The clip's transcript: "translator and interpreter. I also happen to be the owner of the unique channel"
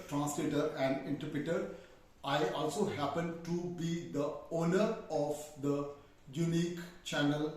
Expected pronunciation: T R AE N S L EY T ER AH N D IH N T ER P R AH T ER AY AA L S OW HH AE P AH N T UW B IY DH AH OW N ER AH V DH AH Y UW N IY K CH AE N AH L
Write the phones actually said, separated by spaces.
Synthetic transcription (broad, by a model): T R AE N S L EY T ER AH N D IH N T ER P R AH T ER AY AA L S OW HH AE P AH N T UW B IY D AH OW N ER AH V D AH Y UW N IY K CH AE N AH L